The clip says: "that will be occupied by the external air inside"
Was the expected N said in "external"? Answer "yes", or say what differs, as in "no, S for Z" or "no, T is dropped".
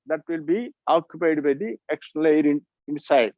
no, L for N